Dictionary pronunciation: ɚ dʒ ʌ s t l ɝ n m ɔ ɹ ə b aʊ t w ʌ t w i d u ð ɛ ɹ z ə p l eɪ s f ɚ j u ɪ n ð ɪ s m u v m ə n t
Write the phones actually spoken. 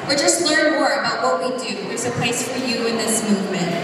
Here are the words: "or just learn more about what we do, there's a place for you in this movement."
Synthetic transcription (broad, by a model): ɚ dʒ ʌ s t n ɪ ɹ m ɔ ɹ ə b aʊ t w ʌ t w i d u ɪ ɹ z ə p l eɪ s f ɚ j u ɪ n ð ɪ s m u v m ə n t